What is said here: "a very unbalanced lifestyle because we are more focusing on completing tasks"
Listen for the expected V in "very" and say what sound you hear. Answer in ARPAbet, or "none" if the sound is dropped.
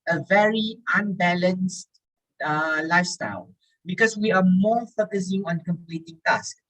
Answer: V